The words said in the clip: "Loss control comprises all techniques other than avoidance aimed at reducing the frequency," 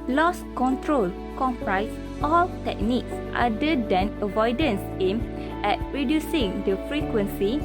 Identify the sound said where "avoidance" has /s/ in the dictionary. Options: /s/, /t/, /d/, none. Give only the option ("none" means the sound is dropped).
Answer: /s/